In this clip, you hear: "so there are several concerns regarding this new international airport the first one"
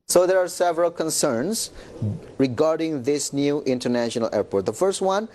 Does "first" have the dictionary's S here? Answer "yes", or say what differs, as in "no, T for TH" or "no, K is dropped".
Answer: yes